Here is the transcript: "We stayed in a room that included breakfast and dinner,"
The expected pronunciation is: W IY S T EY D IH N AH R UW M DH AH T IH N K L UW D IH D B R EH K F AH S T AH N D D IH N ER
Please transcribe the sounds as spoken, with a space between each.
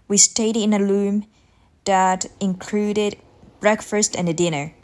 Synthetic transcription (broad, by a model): W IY S T EY D IH N AH L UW M DH AH T IH N K L UW D IH D B R EH K F AH S T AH N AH D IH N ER